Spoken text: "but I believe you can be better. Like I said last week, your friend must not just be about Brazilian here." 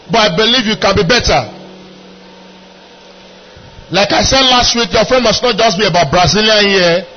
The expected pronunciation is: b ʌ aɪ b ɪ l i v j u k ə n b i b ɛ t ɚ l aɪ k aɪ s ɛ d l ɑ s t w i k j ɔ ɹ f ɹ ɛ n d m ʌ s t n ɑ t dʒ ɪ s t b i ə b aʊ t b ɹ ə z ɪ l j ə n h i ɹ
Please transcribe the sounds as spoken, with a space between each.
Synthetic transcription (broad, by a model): b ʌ aɪ b ɪ l i v j u k ə n b i b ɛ t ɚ l aɪ k aɪ s ɛ d l ɑ s t w i k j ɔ f ɛ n m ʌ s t n ɑ t dʒ ɪ s t b i ə b aʊ t b ɹ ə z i l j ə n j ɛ